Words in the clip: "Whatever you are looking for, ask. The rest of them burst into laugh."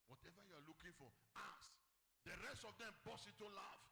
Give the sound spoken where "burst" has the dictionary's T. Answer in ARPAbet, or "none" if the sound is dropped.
none